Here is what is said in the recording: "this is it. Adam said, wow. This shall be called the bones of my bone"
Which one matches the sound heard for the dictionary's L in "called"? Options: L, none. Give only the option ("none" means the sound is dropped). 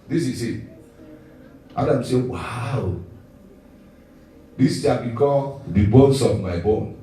none